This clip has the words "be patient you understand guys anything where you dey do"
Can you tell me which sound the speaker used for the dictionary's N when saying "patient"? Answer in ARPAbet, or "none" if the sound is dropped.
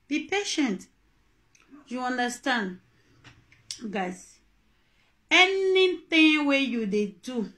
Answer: N